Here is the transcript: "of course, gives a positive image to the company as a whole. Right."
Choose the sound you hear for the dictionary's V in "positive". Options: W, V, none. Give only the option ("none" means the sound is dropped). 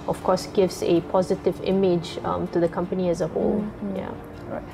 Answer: V